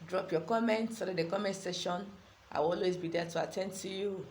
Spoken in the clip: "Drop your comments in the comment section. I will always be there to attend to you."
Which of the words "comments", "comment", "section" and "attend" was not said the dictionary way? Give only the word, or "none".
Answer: section